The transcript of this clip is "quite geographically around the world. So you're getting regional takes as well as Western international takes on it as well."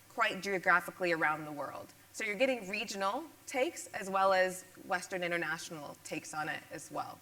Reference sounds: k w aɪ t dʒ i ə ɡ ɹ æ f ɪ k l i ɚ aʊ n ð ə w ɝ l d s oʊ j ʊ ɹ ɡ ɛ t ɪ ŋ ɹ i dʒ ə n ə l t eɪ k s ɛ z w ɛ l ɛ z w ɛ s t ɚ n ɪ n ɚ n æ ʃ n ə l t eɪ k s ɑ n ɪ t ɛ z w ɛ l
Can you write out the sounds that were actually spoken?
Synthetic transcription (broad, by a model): k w aɪ t dʒ i ə ɡ ɹ æ f ɪ k l i ɚ aʊ n ð ə w ɝ l d s oʊ j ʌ ɹ ɡ ɛ t ɪ ŋ ɹ i dʒ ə n l t eɪ k s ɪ z w ɛ l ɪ z w ɛ s t ɚ n ɪ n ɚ n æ ʃ n l t eɪ k s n ɪ t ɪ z w ɛ l